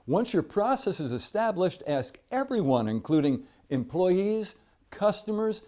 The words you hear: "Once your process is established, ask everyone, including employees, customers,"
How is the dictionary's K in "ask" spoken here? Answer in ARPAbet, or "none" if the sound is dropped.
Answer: K